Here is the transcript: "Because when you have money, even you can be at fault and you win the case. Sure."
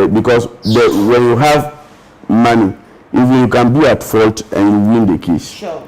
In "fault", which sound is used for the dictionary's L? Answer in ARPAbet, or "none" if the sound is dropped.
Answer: L